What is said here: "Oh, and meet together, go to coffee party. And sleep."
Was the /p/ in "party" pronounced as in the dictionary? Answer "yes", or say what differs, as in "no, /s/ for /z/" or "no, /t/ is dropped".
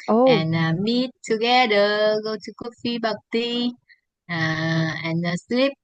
no, /b/ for /p/